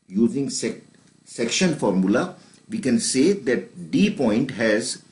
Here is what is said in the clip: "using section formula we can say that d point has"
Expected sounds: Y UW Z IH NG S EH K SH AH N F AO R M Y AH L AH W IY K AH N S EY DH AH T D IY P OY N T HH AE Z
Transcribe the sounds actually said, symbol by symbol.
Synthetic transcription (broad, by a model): Y UW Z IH NG S EH K SH AH N F AO R M Y AH L AH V IY K AH N S EY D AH T D IY P OY N T HH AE Z